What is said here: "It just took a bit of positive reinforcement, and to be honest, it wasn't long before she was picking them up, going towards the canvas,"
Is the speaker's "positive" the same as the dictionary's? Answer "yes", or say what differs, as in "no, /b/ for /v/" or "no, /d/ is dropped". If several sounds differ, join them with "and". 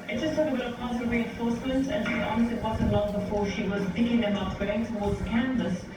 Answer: no, /s/ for /t/